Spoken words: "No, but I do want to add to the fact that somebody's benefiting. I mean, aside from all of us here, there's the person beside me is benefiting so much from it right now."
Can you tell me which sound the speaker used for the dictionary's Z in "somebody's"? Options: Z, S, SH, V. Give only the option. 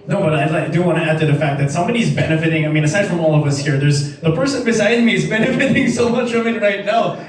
Z